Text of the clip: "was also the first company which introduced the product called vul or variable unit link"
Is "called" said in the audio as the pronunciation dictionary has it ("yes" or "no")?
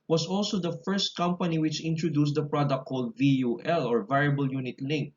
yes